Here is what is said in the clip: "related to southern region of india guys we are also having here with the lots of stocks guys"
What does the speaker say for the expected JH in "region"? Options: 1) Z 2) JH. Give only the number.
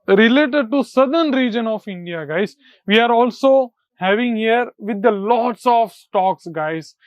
2